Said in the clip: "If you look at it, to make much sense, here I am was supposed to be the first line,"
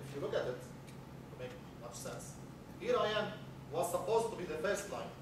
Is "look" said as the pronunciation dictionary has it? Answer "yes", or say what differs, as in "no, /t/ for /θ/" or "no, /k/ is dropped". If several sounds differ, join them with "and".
yes